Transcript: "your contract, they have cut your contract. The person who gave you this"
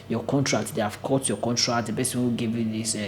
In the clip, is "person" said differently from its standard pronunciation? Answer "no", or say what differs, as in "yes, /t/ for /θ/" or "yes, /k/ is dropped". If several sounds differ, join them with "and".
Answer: yes, /b/ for /p/